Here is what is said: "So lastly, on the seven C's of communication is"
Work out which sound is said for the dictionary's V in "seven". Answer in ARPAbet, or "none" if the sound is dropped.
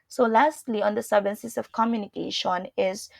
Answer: B